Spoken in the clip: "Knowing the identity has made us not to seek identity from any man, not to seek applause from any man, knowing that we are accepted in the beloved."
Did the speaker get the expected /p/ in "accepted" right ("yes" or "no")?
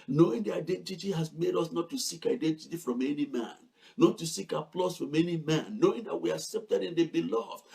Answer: yes